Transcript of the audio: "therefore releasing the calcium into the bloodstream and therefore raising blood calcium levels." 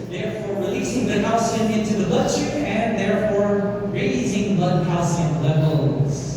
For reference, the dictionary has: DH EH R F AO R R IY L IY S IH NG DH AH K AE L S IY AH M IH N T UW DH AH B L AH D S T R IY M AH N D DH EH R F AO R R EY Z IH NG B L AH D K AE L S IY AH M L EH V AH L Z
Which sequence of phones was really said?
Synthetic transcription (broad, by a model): DH EH R F AO R R IY L IY S IH NG DH AH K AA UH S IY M IH N T UW DH AH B L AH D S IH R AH N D DH EH R F AO R R EY Z IH NG B L AH D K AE S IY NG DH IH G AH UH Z